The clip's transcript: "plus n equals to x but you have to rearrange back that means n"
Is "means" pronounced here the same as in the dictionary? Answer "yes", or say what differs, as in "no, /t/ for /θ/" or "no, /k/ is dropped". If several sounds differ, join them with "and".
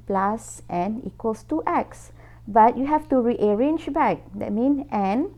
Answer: no, /z/ is dropped